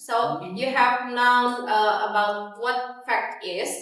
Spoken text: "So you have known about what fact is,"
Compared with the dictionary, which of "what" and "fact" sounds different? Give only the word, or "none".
none